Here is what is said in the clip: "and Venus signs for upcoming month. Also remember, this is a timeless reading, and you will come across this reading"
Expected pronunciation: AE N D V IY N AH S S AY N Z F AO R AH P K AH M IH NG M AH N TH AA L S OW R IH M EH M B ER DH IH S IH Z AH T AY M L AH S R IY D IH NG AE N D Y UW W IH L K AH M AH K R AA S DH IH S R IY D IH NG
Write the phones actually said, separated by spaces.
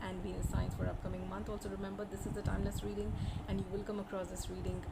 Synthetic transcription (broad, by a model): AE N D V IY AH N S AY N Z F AO R AH P K AH M IH NG M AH N T AA L S OW R IH M EH M B ER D IH S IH Z AH T AY M L AH S R IY D IH NG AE N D Y UW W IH L K AH M AH K R AA S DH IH S R IY D IH NG